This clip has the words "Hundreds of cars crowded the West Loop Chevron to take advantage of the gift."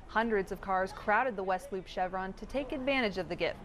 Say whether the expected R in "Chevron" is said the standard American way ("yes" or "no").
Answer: yes